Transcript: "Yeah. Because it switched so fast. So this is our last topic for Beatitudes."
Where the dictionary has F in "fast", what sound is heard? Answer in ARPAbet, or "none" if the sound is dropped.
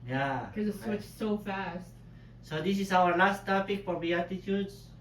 F